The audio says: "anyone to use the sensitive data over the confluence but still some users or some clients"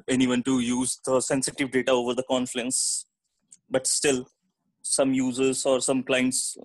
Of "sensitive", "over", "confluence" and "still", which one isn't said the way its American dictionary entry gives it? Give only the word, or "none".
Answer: confluence